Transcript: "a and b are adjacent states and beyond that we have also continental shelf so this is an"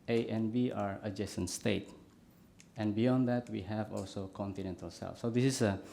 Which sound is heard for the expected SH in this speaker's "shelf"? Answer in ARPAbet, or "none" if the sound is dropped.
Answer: S